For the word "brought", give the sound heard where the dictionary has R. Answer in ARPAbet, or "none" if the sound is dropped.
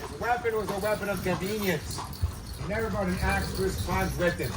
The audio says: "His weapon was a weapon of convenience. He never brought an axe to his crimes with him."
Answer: none